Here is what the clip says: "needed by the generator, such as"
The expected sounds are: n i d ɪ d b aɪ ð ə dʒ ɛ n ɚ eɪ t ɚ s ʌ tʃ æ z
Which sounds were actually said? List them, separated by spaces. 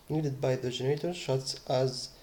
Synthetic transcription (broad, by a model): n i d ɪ d b aɪ ð ə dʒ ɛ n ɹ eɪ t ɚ ʃ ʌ s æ z